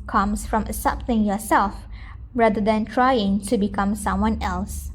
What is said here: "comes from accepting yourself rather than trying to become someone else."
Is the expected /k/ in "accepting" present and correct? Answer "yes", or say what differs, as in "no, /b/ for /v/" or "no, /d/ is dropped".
no, /k/ is dropped